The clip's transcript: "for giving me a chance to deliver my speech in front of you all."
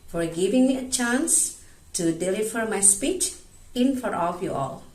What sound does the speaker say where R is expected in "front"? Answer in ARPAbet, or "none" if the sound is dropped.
none